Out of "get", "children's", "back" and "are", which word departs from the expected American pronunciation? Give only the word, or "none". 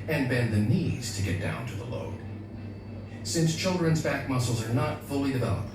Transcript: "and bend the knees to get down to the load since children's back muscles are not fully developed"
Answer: none